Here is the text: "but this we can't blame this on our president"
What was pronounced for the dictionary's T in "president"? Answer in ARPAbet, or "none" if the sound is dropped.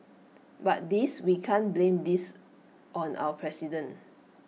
none